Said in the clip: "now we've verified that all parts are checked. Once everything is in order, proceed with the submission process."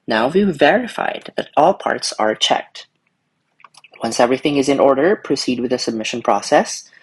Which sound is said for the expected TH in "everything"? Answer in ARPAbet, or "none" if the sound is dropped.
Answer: TH